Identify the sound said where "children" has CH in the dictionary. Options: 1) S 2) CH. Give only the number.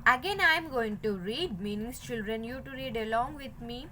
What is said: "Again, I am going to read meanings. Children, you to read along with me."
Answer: 2